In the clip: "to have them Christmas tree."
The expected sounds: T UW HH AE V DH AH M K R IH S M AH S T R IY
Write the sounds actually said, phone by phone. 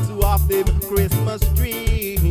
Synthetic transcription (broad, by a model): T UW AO F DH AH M K R IH S M AH S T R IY